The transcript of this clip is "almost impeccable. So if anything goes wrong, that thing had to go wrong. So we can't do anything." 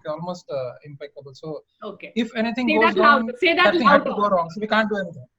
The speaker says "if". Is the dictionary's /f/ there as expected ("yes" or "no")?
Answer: yes